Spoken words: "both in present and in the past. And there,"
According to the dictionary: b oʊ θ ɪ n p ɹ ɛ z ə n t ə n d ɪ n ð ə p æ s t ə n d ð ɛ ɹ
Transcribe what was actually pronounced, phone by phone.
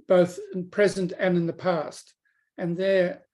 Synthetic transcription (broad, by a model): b oʊ θ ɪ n p ɹ ɛ z ə n t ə n ɪ n ð ə p æ s t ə n ð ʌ ɹ